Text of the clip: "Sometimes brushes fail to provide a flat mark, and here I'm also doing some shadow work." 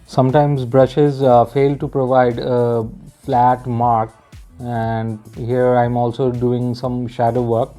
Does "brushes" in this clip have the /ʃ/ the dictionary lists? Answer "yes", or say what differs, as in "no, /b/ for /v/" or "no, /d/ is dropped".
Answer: yes